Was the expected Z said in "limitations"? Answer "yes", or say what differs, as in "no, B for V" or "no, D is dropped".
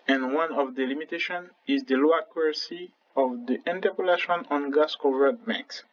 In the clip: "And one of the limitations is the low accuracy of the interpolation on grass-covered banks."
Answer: no, Z is dropped